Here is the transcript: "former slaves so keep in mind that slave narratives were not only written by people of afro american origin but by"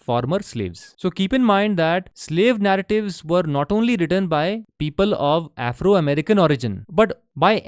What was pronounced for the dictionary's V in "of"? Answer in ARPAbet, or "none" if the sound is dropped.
V